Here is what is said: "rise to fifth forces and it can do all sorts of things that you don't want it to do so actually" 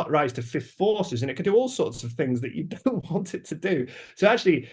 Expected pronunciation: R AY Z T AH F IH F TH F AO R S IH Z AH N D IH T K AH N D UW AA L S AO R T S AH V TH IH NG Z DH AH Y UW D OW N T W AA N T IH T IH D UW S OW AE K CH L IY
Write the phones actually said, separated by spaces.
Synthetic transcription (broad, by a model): R AY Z T AH F IH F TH F AO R S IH Z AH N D IH T K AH N D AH AA L S AO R T S AH V TH IH NG Z DH AH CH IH D OW N T W AA N T IH T IH D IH S OW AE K CH L IY